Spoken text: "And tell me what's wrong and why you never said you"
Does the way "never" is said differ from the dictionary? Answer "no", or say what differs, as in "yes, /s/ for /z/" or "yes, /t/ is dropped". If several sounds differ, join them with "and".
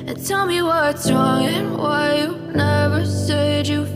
no